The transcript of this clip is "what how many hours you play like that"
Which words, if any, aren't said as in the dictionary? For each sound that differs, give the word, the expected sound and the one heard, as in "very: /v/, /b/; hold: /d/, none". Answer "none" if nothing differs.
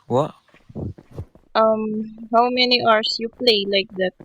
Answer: hours: /z/, /s/